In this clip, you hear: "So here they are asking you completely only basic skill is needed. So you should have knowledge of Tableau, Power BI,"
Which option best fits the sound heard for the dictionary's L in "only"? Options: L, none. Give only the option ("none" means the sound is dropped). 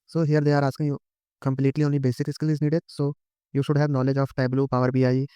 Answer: none